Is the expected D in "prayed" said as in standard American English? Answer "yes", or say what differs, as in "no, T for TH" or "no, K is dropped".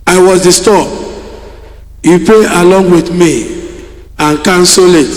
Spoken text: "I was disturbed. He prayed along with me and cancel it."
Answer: no, D is dropped